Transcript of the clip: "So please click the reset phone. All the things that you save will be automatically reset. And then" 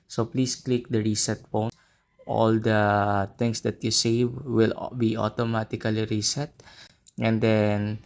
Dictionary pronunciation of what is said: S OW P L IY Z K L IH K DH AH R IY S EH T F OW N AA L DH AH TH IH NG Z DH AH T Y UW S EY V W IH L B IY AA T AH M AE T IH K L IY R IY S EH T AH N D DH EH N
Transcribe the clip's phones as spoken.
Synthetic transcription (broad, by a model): S OW P L IY S K L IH K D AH R IY S EH T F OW N AA L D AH T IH NG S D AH T Y UW S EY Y W IH L B IY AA T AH M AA T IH K L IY R IY S EH T AH N D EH N